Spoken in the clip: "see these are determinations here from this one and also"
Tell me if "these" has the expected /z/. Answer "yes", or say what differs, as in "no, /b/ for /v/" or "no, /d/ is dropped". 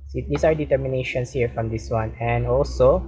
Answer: no, /s/ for /z/